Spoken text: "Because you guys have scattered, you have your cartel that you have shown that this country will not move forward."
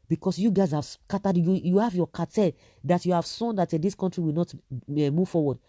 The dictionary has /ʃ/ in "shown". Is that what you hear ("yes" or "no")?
no